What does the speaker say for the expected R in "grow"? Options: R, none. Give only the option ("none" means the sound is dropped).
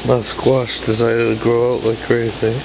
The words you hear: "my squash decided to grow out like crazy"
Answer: R